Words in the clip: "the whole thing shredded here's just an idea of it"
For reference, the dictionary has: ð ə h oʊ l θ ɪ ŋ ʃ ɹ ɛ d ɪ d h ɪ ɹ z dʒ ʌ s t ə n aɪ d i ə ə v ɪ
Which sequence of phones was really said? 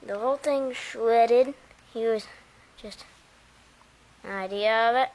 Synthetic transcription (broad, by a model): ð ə h oʊ l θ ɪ ŋ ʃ ɛ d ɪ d h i w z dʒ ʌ s t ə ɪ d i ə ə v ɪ